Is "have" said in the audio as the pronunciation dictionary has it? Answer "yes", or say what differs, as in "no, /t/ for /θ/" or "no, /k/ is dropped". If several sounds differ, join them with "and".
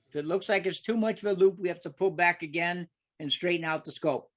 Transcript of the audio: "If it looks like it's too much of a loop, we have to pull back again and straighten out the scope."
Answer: no, /f/ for /v/